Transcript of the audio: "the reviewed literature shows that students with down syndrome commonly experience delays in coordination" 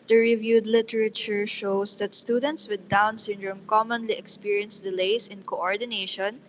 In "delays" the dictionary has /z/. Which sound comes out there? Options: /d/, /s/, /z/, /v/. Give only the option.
/s/